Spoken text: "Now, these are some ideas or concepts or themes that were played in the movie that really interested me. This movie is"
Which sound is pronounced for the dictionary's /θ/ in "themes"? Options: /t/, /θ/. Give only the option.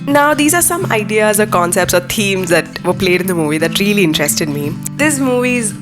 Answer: /t/